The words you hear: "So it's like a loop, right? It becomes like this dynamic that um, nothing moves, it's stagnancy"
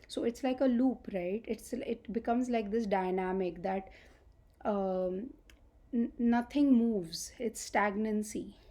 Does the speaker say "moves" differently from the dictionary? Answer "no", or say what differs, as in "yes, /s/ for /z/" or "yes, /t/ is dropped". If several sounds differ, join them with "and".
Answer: no